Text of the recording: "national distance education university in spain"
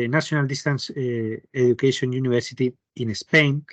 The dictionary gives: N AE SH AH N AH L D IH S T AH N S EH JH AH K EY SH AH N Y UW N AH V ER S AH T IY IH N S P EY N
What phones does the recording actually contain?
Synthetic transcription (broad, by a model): N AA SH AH N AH L D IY S T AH N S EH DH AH K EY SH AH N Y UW N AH B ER S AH T IY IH N S P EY N